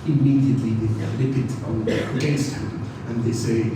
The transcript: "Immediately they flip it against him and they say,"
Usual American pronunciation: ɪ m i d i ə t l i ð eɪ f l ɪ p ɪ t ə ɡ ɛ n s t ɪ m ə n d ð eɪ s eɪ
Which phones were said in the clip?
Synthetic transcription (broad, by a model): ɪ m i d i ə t l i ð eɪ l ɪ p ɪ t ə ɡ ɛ s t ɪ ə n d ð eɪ s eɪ